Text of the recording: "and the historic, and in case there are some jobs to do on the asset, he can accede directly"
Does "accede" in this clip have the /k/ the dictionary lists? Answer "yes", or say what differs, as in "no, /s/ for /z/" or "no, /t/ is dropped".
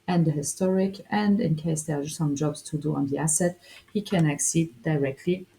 yes